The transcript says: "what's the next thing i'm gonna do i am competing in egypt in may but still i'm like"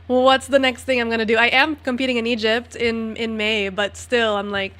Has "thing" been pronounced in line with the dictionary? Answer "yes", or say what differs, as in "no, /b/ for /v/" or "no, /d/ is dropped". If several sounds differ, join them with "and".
yes